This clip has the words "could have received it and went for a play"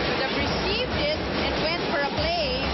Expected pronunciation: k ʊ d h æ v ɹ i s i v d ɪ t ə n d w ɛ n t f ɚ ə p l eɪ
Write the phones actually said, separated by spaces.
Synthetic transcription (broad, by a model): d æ p ɹ i s i v d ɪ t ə n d w ɛ n t f ɚ ə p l eɪ